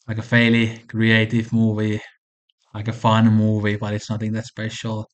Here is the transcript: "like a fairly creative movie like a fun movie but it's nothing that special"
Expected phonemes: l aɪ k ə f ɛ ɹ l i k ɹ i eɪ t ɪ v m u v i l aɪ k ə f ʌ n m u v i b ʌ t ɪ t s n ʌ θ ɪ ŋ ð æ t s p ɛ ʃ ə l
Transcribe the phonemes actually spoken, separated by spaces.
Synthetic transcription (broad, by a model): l aɪ k ə f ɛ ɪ l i k ɹ i eɪ t ɪ v m u v i l aɪ k ə f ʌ l m u v i b ʌ t ɪ t s n ʌ θ ɪ ŋ ð æ t s p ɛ ʃ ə l